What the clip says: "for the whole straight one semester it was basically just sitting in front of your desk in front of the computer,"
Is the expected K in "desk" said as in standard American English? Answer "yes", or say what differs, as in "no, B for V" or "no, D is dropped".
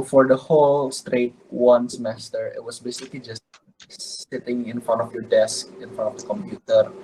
yes